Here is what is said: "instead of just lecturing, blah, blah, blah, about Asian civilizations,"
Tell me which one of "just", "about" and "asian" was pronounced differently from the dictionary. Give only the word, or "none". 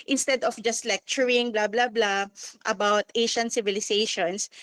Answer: asian